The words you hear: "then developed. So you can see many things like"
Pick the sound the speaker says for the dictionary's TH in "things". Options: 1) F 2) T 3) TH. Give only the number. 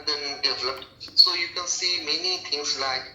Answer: 2